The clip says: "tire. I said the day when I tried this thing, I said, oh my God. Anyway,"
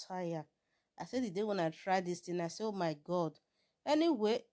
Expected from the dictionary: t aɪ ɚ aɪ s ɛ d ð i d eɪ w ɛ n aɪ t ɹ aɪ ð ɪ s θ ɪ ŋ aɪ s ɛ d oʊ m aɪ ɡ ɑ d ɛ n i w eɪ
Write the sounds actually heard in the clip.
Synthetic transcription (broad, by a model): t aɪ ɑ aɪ s ɛ d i d eɪ w ɛ n aɪ t ɹ aɪ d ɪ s t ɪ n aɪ s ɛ oʊ m aɪ ɡ ɑ d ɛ n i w eɪ